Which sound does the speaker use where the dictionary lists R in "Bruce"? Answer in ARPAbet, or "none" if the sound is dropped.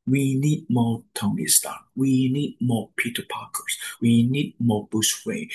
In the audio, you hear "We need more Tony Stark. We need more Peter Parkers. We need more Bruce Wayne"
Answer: none